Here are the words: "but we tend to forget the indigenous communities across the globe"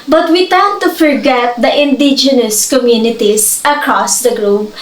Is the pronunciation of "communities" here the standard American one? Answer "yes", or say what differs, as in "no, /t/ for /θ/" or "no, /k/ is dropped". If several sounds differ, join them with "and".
no, /s/ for /z/